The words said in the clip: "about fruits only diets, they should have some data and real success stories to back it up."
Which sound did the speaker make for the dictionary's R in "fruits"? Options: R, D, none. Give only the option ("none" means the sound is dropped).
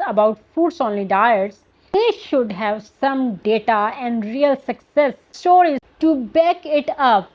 none